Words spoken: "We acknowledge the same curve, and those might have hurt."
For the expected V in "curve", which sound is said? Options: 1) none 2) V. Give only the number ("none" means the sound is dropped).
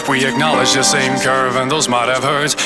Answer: 2